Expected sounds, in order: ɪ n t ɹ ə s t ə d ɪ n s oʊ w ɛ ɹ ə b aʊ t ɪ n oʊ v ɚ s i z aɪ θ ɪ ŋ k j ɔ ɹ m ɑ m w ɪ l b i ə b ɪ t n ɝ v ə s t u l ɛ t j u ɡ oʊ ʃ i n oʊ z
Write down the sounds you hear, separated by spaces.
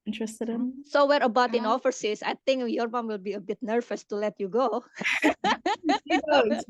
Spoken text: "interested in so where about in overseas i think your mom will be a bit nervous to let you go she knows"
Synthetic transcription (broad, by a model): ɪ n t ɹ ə s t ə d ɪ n s oʊ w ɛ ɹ ə b aʊ t ɪ n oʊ f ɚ s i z aɪ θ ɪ ŋ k j ɔ ɹ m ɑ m w ɪ l b i ə b ɪ t n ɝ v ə s t u l ɛ t j u ɡ oʊ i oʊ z